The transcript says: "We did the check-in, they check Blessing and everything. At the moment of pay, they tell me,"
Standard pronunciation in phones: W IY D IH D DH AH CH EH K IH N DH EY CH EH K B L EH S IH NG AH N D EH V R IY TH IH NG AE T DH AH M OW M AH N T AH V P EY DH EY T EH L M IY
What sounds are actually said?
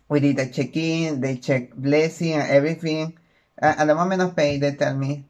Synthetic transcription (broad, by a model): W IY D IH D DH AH CH EH K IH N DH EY CH EH K B L EH S IH NG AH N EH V R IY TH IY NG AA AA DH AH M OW M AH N AH P EY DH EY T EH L M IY